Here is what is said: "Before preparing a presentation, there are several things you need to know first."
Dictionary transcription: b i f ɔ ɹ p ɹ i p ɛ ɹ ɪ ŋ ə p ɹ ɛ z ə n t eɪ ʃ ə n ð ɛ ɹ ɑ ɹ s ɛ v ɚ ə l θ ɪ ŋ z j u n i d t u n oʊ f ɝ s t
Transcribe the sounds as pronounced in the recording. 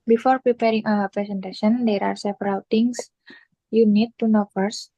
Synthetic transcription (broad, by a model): b i f ɔ ɹ p ɹ i p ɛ ɹ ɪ ŋ ə p ɹ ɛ s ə n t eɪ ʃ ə n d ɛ ɹ ɑ ɹ s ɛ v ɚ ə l t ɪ ŋ s j u n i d t u n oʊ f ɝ s